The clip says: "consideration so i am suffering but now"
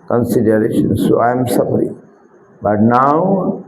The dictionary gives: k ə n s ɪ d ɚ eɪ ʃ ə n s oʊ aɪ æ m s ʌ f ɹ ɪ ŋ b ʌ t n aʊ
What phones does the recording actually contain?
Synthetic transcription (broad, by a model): k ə n s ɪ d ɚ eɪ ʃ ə n s oʊ aɪ m s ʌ p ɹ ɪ b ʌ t n aʊ